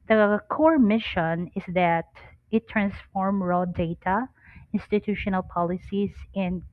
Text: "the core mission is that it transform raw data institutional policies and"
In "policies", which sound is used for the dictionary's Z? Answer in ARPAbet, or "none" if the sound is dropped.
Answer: S